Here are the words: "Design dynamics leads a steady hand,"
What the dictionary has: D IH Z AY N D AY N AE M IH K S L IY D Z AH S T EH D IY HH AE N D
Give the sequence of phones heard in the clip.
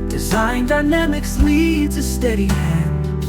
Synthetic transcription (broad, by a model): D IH Z AY N D AY N AE M IH K S L IY D Z AH S T EH D IY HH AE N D